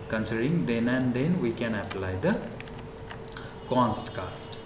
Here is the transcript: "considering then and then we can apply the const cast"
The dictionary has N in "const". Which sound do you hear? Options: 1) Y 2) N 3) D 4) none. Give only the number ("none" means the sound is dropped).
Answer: 2